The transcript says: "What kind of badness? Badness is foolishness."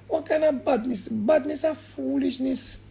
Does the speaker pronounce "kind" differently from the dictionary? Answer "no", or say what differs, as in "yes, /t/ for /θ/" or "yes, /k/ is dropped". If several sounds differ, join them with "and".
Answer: yes, /d/ is dropped